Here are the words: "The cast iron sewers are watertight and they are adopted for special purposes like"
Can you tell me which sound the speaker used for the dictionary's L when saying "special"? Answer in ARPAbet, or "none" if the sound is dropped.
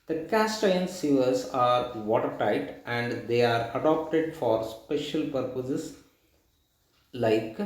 L